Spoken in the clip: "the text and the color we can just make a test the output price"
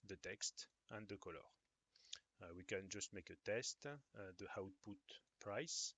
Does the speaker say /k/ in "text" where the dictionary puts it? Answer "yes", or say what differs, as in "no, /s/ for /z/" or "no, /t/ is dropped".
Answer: yes